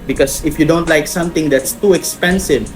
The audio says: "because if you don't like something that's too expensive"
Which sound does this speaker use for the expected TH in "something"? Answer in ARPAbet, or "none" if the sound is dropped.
T